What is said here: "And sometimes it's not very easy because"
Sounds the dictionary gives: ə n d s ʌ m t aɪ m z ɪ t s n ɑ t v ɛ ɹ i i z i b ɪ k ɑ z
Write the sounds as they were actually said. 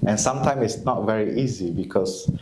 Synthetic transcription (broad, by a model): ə n s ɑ m t aɪ m ɪ t s n ɑ t v ɛ ɹ i i z i b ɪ k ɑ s